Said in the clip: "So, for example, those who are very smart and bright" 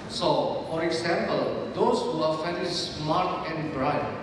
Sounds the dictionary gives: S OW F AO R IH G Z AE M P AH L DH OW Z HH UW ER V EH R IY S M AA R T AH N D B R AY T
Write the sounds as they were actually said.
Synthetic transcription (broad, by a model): S OW F AO R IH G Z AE M P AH L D OW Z HH UW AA F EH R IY S M AA R T AH N D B R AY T